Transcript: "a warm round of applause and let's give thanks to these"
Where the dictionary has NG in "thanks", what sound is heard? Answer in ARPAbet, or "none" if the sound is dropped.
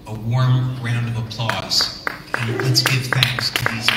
NG